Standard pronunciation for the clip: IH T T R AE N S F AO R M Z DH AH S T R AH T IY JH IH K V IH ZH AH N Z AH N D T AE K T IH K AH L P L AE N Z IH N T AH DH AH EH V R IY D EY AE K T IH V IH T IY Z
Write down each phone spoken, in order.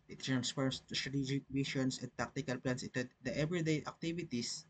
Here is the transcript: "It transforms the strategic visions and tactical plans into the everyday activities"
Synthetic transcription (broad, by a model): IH T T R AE N S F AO R M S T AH S T R AH T IY JH IH K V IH SH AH N S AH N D T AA K T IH K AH L P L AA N S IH T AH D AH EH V R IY D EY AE K T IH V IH T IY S